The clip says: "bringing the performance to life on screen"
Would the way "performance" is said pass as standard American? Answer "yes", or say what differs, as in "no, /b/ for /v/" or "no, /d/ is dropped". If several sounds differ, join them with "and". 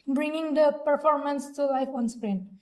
yes